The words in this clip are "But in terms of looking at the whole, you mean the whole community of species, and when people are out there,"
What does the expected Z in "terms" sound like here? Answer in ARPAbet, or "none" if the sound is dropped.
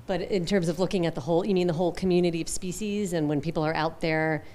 Z